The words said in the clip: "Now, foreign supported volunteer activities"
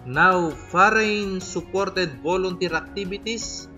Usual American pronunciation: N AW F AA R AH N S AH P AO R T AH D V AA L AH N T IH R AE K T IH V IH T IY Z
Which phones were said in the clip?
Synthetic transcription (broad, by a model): N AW F AA R AH N S AH P AO R T AH D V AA L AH N T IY R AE K T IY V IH T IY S